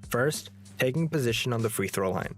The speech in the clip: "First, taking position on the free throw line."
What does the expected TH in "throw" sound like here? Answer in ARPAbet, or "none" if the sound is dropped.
TH